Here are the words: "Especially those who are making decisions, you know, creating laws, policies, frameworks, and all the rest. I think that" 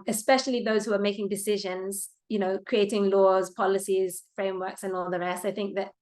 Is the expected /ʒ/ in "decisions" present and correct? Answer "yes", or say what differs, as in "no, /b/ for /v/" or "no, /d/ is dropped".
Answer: yes